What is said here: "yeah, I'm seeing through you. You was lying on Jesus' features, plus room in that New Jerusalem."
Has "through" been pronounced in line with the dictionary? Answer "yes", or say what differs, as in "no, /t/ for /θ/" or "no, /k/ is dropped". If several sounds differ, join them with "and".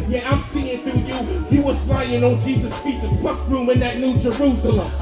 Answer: no, /ɹ/ is dropped